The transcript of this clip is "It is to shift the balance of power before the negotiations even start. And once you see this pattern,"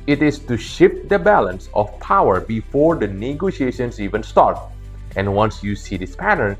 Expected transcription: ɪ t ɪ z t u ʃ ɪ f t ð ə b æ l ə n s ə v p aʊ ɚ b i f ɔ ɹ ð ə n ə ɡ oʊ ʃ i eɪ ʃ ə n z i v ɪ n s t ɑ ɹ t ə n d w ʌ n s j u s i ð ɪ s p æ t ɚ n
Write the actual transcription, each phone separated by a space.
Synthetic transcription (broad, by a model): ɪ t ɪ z t u ʃ ɪ f t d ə b æ l ə n s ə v p aʊ ɚ b i f ɔ ɹ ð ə n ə ɡ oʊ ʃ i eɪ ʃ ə n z i v ɪ n s t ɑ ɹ t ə n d w ʌ n s j u s i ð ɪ s p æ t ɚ n